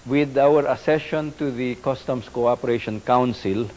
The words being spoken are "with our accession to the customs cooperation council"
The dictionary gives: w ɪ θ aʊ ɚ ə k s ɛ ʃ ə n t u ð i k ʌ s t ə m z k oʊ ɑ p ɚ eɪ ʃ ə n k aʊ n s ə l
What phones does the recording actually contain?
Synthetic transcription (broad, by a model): w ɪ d aʊ ɚ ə s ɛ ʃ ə n t u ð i k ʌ s t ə m s k oʊ ɑ p ɚ eɪ ʃ ə n k aʊ n s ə l